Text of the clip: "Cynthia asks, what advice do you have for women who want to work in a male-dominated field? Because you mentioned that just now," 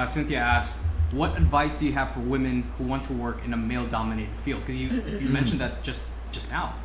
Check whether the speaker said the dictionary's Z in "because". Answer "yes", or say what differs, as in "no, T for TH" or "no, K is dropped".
no, Z is dropped